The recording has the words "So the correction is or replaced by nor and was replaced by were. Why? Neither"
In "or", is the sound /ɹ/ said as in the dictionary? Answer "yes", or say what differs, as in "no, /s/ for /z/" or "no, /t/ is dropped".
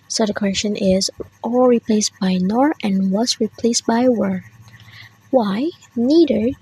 no, /l/ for /ɹ/